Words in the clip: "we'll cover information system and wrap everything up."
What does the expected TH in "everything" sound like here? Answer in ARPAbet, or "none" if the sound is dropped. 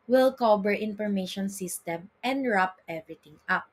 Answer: T